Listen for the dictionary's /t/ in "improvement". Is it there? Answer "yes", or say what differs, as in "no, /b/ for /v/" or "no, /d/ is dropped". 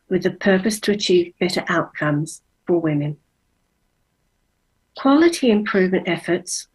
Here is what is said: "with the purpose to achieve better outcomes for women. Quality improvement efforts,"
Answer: yes